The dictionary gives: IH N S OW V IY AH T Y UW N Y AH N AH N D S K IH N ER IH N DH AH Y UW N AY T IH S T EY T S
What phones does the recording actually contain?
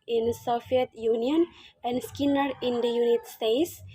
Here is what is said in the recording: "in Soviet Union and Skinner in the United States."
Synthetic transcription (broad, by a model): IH N S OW F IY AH T Y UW N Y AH N AH N D S K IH N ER IH N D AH Y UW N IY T S T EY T S